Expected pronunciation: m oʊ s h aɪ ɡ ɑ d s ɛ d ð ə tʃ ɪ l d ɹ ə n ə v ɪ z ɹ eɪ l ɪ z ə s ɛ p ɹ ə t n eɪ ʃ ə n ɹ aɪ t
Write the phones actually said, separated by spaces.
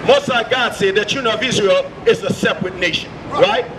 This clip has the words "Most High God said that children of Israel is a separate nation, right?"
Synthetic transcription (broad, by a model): m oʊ s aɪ ɡ ɑ d s ɛ d ð ə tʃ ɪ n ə ə v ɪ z ɹ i l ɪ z ə s ɛ p ɹ ə t n eɪ ʃ ə n ɹ aɪ t